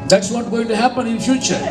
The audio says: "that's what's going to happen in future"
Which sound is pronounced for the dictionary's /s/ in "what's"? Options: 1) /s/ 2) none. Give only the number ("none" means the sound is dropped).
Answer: 2